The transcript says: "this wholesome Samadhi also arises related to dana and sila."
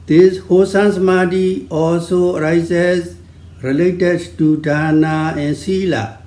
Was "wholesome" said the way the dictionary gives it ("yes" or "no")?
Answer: no